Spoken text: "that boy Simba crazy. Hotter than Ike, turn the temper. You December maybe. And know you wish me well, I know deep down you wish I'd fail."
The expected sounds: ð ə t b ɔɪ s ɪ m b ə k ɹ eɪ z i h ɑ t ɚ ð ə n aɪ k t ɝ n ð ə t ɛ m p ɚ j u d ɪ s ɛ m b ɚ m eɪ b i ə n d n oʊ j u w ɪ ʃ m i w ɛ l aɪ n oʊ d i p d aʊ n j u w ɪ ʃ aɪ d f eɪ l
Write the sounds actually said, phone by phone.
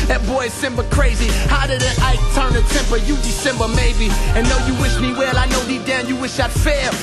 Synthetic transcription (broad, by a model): ð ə t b ɔɪ s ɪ m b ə k ɹ eɪ z i h ɑ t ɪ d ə aɪ t ɝ n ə t ɛ m p ɚ j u d ɪ s ɛ m b ɚ m eɪ b i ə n n oʊ j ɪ w ɪ ʃ m i w ɛ l aɪ n oʊ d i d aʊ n j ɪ w ɪ ʃ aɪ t f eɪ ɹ